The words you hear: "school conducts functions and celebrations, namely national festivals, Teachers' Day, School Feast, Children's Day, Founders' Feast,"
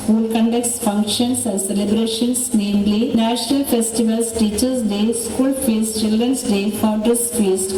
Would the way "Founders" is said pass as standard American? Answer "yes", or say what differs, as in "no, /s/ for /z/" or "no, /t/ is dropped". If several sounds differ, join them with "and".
no, /n/ is dropped and /s/ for /z/